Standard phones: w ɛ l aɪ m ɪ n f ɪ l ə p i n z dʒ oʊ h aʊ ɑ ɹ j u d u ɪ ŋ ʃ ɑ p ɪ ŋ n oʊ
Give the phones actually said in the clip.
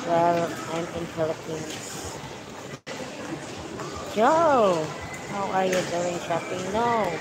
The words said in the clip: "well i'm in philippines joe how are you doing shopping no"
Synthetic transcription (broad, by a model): w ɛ l aɪ m ɪ n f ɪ l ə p i n dʒ oʊ h aʊ ɑ ɹ j u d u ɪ ŋ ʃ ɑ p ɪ ŋ n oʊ